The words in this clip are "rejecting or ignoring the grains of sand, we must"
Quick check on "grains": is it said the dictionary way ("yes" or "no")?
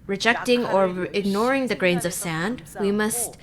yes